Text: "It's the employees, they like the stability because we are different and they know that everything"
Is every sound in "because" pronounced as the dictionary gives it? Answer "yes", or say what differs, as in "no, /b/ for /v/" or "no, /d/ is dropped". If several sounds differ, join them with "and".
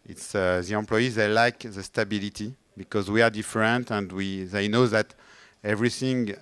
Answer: yes